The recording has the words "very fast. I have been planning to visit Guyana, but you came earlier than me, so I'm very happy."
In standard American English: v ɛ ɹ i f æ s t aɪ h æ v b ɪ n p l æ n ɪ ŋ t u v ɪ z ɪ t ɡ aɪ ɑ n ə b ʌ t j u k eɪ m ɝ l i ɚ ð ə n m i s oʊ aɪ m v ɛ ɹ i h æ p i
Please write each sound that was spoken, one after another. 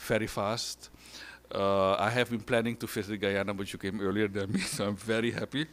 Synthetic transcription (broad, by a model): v ɛ ɹ i f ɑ s t aɪ h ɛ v b ɪ n p l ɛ n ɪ ŋ t u f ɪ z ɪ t ɡ aɪ ɑ n ə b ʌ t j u k eɪ m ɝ l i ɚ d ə n m i s oʊ aɪ m v ɛ ɹ i h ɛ p i